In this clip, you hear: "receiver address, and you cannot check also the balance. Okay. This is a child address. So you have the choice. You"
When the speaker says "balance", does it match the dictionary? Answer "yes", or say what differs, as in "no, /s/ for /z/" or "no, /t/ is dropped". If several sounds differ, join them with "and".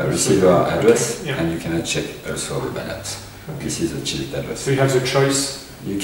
no, /s/ is dropped